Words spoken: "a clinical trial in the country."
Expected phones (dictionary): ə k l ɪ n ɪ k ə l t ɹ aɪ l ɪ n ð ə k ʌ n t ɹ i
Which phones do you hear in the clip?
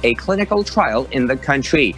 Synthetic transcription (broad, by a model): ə k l ɪ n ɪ k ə l t ɹ aɪ l ɪ n ð ə k ʌ n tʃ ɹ i